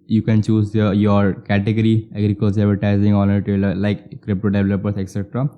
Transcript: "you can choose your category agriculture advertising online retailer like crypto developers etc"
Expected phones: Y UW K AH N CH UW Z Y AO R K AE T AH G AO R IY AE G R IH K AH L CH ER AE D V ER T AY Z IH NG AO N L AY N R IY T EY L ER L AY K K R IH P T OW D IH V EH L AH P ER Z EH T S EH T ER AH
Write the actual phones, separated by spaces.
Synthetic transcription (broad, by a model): Y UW K AH N CH UW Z Y AO R K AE T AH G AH R IY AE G R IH K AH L S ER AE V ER T AY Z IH NG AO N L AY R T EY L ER L AY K K R IH P T OW D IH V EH L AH P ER S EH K S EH T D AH